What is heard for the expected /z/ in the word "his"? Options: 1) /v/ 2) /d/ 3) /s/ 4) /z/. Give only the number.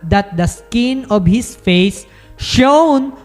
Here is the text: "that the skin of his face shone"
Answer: 3